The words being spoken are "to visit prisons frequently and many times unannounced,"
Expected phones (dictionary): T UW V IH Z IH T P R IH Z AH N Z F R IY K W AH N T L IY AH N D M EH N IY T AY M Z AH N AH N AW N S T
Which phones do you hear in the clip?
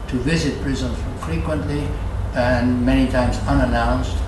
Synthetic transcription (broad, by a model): T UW V IH Z IH T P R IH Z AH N F R IY K W AH N T L IY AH N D M EH N IY T AY M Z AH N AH N AW N S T